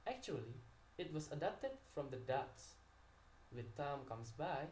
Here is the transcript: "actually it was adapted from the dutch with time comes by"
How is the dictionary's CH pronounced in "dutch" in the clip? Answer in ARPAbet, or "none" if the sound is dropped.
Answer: S